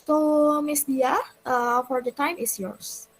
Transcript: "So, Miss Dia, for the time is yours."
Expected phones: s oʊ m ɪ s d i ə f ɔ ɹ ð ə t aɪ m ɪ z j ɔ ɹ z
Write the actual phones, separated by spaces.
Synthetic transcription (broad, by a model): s oʊ m ɪ s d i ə f ɔ ɹ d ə t aɪ m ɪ s j ɔ ɹ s